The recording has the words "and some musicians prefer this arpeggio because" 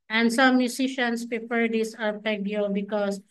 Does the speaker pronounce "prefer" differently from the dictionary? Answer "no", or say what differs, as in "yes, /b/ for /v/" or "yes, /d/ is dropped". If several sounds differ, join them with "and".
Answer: yes, /p/ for /f/